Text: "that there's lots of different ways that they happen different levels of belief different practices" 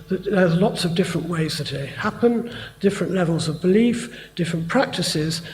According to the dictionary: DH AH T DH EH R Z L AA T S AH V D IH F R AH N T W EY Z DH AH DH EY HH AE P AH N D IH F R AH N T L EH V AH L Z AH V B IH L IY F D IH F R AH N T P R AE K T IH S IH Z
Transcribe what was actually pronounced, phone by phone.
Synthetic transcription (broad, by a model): DH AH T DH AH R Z L AA T S AH V D IH F R AH N T W EY Z DH AH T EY HH AE P AH N D IH F R AH N T L EH V AH L Z AH V B IH L IY F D IH F R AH N P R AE K T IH S IH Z